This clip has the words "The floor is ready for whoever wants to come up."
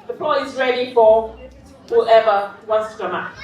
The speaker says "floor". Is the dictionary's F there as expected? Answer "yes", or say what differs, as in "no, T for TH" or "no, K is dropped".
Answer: no, P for F